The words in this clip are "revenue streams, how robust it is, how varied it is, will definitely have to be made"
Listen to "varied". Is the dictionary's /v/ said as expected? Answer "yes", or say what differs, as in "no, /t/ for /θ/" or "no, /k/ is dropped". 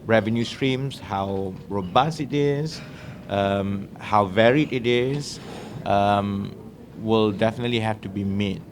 yes